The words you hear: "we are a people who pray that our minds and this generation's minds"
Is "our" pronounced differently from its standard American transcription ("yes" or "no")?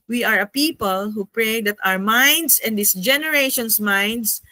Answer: no